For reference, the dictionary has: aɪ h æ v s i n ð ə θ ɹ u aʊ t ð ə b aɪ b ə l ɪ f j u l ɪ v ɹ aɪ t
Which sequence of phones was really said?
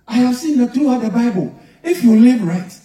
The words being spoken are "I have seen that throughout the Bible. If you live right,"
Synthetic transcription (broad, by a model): aɪ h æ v s i n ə t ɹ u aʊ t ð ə b aɪ b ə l ɪ f j u l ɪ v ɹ aɪ t